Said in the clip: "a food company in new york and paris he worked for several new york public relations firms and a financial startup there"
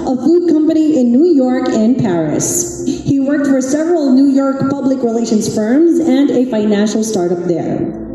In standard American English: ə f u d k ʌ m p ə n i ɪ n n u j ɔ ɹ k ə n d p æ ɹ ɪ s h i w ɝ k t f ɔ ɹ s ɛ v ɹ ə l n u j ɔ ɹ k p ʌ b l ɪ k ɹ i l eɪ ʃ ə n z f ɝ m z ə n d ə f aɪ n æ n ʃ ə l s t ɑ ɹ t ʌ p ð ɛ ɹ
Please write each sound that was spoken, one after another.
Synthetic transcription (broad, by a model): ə f u d k ʌ m p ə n i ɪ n n u j ɔ ɹ k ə n p æ ɹ ɪ s h i w ɝ k t f ɔ ɹ s ɛ v ɹ ə l n u j ɔ ɹ k p ʌ b l ɪ k ɹ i l eɪ ʃ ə n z f ɝ m z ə n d ə f aɪ n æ n ʃ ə l s t ɑ ɹ t ʌ p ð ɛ ɹ